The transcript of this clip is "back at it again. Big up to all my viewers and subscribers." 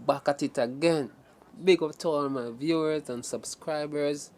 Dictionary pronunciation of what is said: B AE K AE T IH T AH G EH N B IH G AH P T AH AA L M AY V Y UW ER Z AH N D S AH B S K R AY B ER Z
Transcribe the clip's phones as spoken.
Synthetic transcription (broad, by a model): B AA K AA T IH T AH G EH N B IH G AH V T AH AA N M AY V Y UW ER Z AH N S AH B S K R AY B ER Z